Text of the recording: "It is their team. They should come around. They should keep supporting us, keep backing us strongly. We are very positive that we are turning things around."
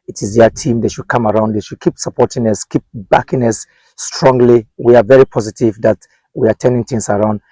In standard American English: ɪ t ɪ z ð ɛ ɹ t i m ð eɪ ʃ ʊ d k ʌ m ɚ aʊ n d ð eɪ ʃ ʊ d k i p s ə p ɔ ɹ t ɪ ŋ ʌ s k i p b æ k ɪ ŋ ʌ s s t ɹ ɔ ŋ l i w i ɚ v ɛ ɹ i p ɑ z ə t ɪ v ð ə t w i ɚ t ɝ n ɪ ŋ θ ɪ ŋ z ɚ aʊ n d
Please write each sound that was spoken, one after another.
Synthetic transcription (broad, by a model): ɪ t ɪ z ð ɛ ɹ t i m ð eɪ ʃ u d k ʌ m ɚ aʊ n d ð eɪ ʃ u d k i p s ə p ɔ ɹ t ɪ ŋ ʌ s k i p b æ k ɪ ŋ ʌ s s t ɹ ɔ ŋ l i w i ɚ v ɛ ɹ i p ɑ z ə t ɪ v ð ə t w i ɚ t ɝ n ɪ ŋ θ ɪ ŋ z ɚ aʊ n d